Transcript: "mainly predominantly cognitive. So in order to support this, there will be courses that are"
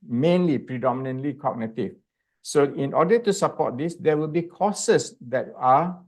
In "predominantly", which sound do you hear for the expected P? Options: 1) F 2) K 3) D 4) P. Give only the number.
4